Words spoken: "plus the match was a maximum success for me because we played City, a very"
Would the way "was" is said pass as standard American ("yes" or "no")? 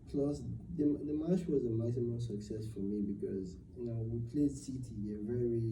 yes